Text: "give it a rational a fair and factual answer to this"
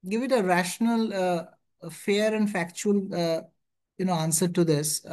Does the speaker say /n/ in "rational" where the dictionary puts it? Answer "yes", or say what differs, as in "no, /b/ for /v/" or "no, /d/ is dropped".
yes